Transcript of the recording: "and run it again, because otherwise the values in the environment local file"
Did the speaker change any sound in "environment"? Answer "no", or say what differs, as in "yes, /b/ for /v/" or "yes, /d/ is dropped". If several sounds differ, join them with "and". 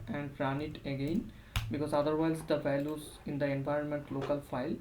no